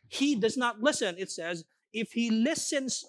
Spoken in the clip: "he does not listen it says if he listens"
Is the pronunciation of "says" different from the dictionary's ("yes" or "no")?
no